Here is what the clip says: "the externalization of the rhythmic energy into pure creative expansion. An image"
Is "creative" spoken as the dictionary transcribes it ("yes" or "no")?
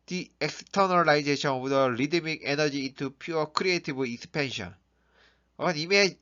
no